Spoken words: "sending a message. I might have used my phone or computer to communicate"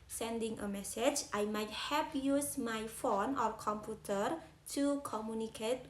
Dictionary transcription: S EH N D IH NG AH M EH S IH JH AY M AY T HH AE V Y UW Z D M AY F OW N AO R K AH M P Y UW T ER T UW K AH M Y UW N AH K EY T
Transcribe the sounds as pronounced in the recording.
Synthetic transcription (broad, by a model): S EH N D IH NG AH M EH S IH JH AY M AY T HH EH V Y UW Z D M AY F OW N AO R K AH M P Y UW T ER T UW K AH M Y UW N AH K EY T